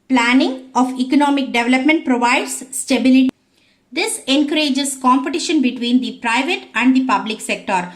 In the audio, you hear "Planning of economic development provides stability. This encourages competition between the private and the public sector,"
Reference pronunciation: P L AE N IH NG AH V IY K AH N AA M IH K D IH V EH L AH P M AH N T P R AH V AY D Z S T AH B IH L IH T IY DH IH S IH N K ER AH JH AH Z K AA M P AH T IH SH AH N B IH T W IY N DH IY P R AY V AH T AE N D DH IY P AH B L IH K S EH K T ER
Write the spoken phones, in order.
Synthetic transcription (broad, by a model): P L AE N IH NG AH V IY K AH N AA M IH K D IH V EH L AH P M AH N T P R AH V AY D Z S T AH B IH L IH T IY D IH S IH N K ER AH JH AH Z K AA M P AH T IH SH AH N B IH T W IY N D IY P R AY V AH T AE N D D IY P AH B L IH K S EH K T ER